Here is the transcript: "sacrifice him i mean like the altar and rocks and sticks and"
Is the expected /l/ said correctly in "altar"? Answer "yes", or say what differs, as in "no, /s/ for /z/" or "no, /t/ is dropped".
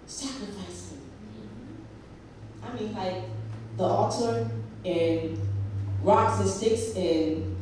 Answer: no, /l/ is dropped